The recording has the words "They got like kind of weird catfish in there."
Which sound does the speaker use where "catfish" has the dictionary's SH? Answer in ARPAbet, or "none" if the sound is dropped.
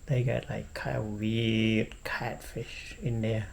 SH